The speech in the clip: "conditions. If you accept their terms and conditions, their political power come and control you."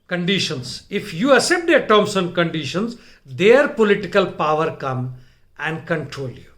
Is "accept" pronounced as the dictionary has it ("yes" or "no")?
no